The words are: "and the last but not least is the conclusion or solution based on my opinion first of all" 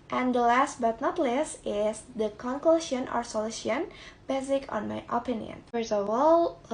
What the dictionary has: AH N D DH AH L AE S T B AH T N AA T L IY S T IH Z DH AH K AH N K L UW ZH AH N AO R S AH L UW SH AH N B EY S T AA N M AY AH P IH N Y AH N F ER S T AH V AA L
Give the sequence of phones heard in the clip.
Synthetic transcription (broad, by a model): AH N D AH L AE S T B AH T N AA T L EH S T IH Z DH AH K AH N K L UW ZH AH N AO R S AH L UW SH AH N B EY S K AA N M AY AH P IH N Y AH N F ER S AH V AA L